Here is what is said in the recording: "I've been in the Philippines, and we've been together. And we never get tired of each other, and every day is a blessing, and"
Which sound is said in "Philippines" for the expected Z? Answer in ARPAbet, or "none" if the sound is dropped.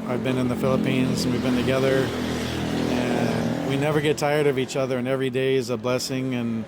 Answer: Z